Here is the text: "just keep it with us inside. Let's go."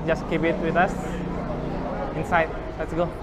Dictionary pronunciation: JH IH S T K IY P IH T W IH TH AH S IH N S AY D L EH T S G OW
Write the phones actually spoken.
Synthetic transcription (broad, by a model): JH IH S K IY B IH T W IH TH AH S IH N S AY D L EH T S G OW